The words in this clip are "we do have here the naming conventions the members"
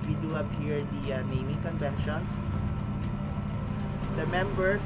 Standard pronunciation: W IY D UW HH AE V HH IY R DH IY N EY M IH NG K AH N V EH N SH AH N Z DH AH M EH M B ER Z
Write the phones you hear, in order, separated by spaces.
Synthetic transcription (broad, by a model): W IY D UW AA P HH IY R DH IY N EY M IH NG K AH N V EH N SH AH N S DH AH M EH M B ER